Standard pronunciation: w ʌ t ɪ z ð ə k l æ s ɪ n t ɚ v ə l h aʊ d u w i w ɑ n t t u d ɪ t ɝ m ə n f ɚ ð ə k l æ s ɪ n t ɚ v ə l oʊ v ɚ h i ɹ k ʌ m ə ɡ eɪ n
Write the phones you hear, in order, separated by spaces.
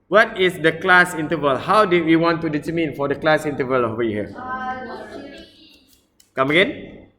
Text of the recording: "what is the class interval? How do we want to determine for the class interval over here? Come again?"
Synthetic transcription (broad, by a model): w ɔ t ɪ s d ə k l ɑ s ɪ n t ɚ v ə l h aʊ d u w i w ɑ n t t u d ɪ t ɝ m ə n f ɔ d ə k l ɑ s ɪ n t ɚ v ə l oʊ w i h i k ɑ m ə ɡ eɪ n